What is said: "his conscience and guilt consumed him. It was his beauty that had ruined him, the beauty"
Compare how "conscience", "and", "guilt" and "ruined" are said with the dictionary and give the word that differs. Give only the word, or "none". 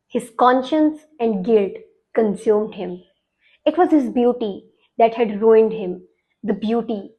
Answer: none